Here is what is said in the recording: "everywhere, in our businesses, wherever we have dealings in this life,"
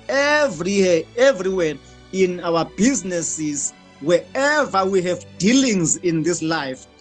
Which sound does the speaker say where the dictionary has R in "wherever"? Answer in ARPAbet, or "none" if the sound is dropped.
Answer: none